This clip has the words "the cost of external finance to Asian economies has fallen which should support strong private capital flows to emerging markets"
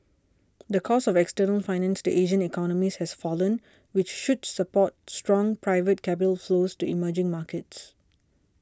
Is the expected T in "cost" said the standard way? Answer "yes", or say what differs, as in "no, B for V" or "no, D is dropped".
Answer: no, T is dropped